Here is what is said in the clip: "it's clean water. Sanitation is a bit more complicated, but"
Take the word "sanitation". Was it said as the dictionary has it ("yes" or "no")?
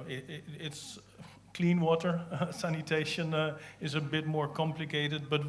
yes